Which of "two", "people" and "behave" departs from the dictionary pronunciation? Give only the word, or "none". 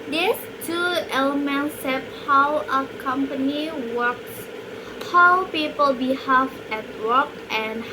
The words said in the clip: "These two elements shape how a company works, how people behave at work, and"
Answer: behave